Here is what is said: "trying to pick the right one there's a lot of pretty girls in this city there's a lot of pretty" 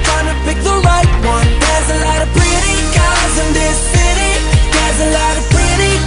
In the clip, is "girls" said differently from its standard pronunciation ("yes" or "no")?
yes